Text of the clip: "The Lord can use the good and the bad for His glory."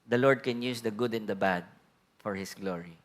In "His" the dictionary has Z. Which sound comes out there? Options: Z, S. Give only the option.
S